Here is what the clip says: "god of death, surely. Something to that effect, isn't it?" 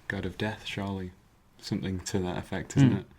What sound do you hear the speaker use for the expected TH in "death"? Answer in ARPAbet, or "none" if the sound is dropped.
TH